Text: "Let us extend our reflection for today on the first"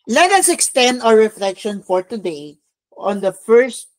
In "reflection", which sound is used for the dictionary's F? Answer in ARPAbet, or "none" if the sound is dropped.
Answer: F